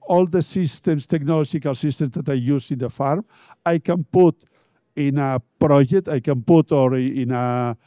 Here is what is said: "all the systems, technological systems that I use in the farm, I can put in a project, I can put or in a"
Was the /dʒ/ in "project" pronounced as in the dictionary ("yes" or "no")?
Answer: no